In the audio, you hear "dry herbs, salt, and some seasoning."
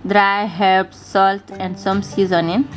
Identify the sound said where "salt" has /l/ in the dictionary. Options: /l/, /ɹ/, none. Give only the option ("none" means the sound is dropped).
/l/